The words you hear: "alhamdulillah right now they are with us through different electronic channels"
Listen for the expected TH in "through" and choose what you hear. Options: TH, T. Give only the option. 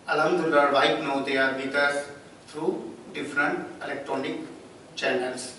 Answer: T